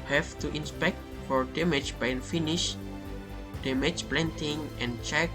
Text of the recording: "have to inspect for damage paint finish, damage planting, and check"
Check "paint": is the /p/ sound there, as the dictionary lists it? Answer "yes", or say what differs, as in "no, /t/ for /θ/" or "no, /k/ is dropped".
no, /b/ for /p/